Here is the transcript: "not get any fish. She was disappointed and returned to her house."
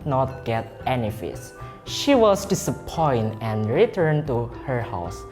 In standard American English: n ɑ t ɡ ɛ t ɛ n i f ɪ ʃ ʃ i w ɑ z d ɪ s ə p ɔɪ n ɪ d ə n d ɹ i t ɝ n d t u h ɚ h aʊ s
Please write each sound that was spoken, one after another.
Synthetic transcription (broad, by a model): n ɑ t ɡ ɛ t ɛ n i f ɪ s ʃ i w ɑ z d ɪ s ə p ɔɪ n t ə n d ɹ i t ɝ n t u h ɚ h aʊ s